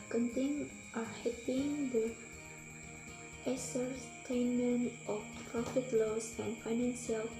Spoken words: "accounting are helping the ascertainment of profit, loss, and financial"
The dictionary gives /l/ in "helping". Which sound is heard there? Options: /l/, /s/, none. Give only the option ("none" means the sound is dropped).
none